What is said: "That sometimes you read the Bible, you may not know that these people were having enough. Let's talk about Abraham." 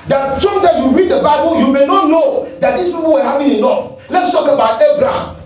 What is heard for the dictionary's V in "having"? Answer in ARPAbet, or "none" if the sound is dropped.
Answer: P